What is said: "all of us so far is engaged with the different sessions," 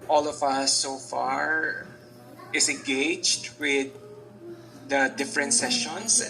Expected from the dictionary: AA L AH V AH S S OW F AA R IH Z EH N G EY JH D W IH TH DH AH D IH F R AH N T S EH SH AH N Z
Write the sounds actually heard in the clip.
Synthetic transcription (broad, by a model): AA L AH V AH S S OW F AA R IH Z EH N G EY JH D W IH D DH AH D IH F R AH N T S EH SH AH N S